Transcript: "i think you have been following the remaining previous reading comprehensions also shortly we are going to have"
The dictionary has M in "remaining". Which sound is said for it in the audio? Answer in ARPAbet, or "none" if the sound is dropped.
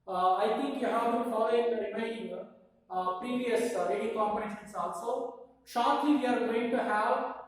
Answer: none